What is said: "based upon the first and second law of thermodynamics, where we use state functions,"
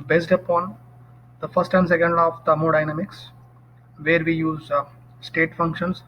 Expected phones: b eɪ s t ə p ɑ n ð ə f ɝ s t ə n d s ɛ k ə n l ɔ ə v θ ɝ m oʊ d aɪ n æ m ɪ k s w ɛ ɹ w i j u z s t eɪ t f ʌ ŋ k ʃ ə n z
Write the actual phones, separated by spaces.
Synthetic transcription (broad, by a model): b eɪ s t ə p ɑ n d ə f ɝ s t ə n d s ɛ k ə n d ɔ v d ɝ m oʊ d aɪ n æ m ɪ k s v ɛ ɹ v i j u z s t eɪ t f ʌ ŋ k ʃ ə n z